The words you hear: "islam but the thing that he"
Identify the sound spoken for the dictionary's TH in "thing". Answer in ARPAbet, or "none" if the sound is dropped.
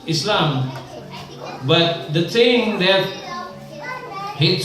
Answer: S